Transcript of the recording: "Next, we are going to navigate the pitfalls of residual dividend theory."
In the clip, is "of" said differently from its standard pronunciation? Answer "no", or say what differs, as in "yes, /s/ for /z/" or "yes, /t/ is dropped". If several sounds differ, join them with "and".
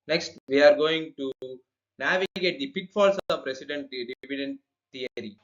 yes, /p/ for /v/